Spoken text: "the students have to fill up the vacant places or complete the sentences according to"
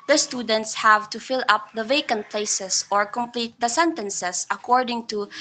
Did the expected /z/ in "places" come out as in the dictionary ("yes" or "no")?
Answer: no